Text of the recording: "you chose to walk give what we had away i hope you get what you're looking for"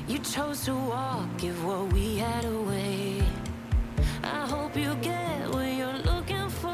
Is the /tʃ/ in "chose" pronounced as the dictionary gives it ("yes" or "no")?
yes